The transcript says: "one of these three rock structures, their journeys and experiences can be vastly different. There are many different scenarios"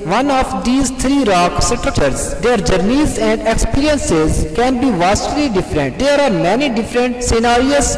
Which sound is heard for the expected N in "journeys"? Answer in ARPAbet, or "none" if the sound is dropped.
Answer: N